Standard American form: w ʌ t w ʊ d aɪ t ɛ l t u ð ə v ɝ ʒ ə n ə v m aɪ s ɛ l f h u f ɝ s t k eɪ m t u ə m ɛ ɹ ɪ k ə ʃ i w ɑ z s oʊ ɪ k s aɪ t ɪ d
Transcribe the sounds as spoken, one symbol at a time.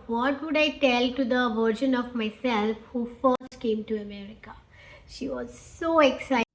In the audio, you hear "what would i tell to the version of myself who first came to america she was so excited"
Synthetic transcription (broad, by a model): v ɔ t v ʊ d aɪ t ɛ l t u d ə v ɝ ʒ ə n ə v m aɪ s ɛ l f h u f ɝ s t k eɪ m t u ə m ɛ ɹ ɪ k ə ʃ i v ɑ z s oʊ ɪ k s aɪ ɪ